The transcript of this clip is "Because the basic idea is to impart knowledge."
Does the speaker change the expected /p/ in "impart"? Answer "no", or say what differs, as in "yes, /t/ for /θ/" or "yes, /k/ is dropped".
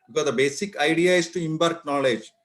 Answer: yes, /b/ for /p/